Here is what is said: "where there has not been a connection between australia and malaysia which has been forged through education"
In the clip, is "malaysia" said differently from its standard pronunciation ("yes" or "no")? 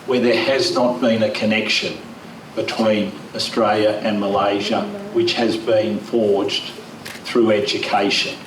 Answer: no